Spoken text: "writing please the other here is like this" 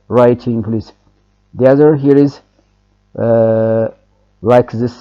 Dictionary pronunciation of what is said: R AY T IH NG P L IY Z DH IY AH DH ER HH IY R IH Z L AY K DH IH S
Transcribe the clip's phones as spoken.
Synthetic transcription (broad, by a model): R AY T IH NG P L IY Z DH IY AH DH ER HH IY R IH Z L AY K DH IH S